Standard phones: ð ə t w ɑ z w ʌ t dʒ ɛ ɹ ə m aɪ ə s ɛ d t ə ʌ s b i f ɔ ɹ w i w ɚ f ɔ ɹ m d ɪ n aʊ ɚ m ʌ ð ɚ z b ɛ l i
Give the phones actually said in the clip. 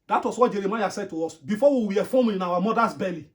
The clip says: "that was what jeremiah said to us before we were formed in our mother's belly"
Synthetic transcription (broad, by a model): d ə t w ɑ s w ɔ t dʒ ɛ ɹ ə m aɪ ə s ɛ d t ə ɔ s b i f ɔ w i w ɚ f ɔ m ɪ n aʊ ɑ m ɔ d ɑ s b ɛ l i